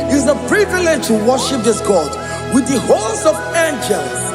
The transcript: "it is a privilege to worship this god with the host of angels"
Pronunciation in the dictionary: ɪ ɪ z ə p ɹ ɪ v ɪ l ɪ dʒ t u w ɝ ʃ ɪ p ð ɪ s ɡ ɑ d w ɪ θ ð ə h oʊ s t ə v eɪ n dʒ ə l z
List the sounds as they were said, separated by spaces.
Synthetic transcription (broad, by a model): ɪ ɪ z ə p ɹ ɪ v ɪ l ɪ dʒ t u w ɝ ʃ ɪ p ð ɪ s ɡ ɑ d w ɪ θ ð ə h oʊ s ə v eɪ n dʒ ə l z